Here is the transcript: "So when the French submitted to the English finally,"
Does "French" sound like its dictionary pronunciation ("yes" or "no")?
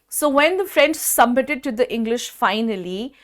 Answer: no